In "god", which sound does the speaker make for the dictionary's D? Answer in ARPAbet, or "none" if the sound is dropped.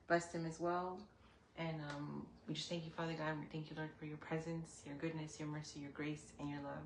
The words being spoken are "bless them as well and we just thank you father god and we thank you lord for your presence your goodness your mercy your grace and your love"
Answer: none